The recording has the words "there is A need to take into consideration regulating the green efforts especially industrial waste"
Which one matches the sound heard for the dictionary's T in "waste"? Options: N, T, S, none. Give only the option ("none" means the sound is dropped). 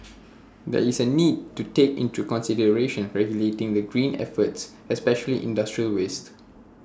T